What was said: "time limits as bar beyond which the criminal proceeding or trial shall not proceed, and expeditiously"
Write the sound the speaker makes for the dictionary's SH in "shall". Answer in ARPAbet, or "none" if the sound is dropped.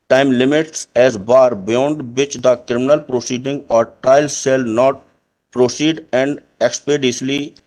S